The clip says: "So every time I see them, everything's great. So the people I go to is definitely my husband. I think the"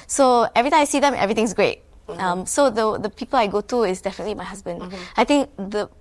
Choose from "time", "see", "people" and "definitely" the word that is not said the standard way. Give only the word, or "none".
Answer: time